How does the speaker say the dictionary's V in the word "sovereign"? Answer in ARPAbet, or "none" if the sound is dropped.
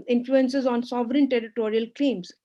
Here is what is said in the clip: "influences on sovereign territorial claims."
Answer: V